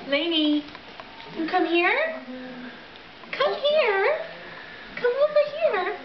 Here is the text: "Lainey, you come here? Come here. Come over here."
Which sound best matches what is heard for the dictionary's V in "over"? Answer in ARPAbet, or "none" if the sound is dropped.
P